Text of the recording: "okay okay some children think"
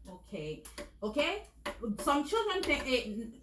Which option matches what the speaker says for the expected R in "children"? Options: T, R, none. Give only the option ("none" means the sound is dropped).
R